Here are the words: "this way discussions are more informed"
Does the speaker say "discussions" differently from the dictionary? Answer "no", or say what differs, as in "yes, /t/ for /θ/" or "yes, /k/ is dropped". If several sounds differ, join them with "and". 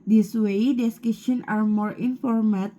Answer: yes, /z/ is dropped